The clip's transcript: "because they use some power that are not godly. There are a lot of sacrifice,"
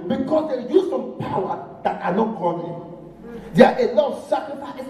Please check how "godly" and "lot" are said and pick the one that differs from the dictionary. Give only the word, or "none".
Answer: godly